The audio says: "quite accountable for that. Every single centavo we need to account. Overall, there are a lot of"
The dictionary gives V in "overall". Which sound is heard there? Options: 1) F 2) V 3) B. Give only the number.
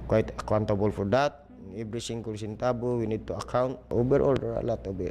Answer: 3